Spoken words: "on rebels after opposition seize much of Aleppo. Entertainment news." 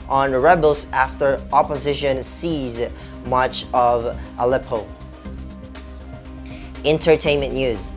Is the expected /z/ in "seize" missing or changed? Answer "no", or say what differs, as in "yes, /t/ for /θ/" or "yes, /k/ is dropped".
no